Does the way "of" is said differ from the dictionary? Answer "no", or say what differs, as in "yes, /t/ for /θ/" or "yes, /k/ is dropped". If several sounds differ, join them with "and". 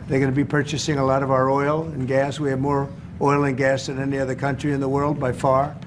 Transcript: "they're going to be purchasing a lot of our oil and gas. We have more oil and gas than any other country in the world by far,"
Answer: no